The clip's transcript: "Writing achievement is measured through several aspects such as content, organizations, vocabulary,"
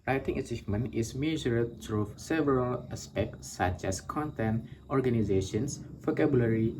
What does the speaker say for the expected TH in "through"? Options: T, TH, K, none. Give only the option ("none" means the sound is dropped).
T